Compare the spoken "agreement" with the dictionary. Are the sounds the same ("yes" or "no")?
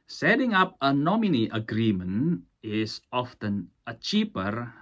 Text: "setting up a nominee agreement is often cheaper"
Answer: no